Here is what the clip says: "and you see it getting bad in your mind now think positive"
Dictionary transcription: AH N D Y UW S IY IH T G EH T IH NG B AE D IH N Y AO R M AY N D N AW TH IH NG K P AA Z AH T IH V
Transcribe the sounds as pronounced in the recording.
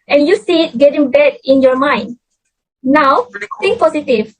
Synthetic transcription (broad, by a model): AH N Y UW S IY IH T G EH T IH NG B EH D IH N Y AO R M AY N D N AW F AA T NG P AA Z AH T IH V